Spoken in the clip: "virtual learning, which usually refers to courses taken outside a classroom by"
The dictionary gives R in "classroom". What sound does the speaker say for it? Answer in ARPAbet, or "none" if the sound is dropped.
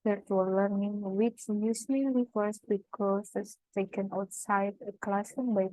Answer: none